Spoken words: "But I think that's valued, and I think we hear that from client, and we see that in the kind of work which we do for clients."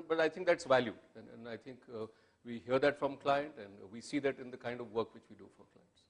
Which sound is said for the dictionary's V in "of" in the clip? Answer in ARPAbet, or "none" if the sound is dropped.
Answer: V